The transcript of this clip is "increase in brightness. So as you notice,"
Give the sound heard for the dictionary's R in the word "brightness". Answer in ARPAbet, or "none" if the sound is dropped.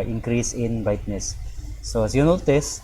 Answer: none